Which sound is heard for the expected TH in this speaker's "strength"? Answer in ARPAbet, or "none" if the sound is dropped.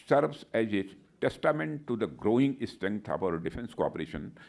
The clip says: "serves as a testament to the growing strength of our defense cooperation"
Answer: T